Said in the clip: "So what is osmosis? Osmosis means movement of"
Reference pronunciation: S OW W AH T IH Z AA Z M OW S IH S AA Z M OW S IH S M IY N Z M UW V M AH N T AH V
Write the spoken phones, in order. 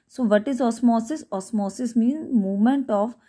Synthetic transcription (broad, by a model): S OW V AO T IH Z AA S M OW S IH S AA S M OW S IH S M IY N Z M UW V M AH N T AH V